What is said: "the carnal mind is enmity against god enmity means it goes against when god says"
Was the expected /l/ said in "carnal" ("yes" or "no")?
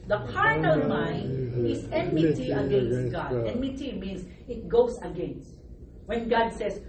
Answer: no